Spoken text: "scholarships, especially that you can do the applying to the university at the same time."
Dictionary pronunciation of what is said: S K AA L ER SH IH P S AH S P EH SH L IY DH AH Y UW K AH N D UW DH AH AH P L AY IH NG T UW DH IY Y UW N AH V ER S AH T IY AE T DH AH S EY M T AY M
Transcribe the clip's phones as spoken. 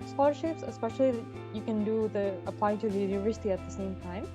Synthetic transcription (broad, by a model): S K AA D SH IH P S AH S P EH SH IY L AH Y UW K AH N D UW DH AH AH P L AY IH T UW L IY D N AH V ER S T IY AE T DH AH S EY M T AY M